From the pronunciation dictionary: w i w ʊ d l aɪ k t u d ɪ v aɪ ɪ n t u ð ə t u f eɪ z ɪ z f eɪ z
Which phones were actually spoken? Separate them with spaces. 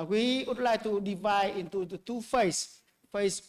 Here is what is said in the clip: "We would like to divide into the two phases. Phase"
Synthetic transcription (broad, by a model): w i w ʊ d l aɪ k t u d ɪ v aɪ ɪ n t u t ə t u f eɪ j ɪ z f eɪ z